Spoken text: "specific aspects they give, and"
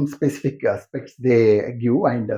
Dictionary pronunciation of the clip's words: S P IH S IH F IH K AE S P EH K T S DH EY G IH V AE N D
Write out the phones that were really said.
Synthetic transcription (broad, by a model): S P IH S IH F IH K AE S P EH K T S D EY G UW AE N D